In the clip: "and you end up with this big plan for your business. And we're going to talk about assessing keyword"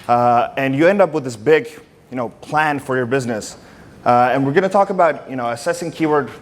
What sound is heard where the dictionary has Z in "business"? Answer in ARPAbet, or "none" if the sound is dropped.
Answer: Z